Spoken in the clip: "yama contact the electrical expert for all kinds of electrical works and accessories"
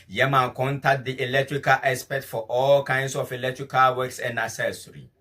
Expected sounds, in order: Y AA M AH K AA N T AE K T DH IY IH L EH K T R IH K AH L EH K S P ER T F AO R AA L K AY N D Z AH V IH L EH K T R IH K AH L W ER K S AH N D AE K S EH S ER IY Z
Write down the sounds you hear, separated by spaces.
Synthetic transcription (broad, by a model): Y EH M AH K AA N T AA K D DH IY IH L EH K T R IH K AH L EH S P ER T F AO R AA L K AY N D S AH F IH L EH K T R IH K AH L W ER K S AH N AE S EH S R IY